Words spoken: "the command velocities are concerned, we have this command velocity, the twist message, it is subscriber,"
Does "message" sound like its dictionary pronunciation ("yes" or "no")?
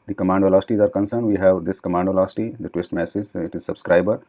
no